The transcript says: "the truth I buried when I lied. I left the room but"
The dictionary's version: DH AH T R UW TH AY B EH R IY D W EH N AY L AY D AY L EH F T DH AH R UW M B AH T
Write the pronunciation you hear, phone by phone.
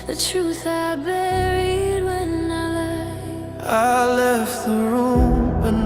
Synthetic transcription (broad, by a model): DH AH T R UW TH AY B EH R IY D W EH N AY L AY AY L EH F T DH AH R UW M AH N